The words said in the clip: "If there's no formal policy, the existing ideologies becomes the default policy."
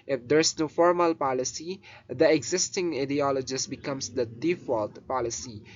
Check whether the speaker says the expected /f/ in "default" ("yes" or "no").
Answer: yes